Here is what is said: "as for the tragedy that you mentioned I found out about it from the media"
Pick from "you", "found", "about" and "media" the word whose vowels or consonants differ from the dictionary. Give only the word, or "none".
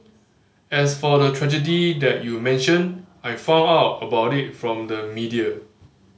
found